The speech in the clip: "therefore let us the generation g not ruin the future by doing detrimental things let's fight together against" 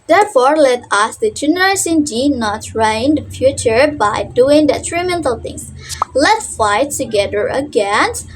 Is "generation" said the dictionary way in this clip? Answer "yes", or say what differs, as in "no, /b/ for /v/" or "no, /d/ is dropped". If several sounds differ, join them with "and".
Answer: no, /s/ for /ʃ/